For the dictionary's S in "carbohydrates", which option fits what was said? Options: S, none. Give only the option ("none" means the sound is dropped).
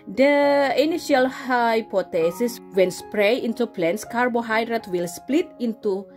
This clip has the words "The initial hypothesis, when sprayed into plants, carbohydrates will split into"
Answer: none